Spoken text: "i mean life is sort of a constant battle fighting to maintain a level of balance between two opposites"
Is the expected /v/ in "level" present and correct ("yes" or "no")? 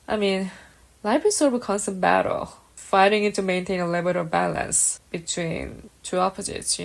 no